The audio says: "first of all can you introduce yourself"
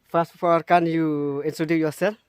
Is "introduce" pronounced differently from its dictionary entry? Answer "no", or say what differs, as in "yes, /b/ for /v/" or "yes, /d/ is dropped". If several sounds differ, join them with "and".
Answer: yes, /s/ is dropped